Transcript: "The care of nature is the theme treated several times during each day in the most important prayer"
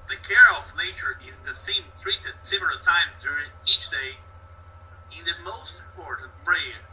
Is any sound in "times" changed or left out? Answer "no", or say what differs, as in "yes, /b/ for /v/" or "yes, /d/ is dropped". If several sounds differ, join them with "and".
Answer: no